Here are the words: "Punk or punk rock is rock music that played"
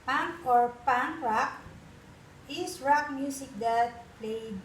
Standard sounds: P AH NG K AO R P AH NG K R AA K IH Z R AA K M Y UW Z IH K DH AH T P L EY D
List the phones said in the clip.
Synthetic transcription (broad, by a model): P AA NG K AO R P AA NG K R AA K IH S R AA K M Y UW S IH K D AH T P L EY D